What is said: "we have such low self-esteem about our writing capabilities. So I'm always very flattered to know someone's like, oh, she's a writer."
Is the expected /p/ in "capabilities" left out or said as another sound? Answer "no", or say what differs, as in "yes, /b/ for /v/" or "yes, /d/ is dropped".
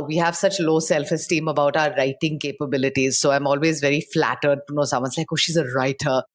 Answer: no